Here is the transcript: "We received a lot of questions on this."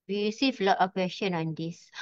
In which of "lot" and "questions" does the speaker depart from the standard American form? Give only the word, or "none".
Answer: questions